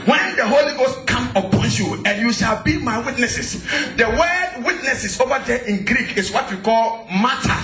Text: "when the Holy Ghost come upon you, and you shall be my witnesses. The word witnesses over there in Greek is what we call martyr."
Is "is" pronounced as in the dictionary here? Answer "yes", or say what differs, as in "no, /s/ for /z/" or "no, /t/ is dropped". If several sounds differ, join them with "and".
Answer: no, /s/ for /z/